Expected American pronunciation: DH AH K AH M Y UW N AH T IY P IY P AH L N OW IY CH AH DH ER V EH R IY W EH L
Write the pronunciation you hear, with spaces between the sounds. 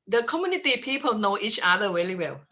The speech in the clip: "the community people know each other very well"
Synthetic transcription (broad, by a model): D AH K AH M Y UW N AH T IY P IY P AH L N OW IY CH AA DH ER W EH L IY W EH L